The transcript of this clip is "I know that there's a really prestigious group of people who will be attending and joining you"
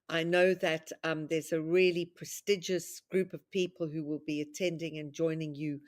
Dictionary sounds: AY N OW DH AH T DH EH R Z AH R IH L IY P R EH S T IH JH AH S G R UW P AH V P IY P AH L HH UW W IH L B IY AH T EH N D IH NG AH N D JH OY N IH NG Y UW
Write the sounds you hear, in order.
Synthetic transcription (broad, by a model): AY N OW DH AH T DH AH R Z AH R IH L IY P R EH S T IH JH AH S G R UW P AH V P IY P AH L HH UW W IH L B IY AH T EH N D IH NG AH N JH OY N IH NG Y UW